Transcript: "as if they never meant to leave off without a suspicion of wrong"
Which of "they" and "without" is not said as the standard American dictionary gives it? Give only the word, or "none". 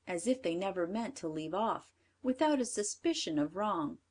none